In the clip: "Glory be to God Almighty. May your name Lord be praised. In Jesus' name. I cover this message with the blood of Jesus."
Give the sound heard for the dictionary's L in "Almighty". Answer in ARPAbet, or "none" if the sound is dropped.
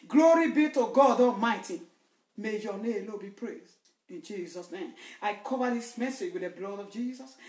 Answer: none